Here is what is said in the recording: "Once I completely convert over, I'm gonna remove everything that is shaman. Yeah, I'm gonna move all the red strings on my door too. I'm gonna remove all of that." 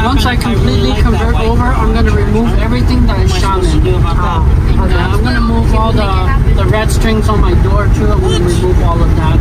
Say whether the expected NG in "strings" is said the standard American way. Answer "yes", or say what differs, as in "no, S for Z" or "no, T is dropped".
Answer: yes